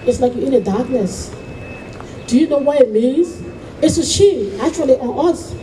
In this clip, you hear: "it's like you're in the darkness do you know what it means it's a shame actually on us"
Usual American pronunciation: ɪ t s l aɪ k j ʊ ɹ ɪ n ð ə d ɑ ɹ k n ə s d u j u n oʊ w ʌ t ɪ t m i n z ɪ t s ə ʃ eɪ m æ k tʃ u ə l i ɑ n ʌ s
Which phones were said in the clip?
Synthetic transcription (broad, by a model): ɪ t s l aɪ k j ɪ n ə d ɑ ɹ k n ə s d u j u n oʊ w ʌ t ɪ t m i n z ɪ t s ə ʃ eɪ æ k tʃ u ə l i ɑ n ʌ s